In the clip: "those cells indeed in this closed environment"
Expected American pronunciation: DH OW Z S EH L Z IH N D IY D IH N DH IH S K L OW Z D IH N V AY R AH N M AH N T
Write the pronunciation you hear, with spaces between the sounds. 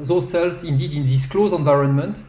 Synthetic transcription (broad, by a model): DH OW S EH L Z IH N D IY D IH N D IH S K L OW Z IH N V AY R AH N M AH N T